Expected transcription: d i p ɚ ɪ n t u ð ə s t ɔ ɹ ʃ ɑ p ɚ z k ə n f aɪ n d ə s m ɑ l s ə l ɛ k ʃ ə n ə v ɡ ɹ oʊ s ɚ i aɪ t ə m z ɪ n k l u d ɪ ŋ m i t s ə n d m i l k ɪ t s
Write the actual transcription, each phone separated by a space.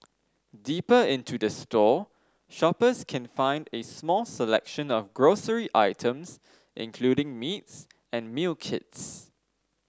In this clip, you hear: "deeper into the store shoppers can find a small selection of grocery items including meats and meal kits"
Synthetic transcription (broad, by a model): d i p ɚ ɪ n t u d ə s t ɔ ʃ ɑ p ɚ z k ə n f aɪ n d ə s m ɑ l s ə l ɛ k ʃ ə n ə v ɡ ɹ oʊ s ɚ i aɪ t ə m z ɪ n k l u d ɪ ŋ m i t s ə n m i l k ɪ t s